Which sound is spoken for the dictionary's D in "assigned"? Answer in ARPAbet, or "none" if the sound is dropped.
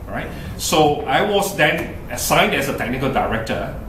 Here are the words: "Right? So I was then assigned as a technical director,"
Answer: D